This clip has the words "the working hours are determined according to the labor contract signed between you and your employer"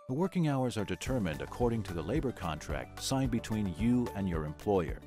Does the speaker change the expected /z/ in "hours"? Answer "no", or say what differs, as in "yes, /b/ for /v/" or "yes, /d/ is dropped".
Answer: no